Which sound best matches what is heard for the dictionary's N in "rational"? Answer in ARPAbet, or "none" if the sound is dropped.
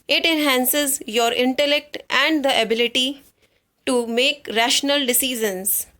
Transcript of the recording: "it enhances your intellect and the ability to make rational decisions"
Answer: N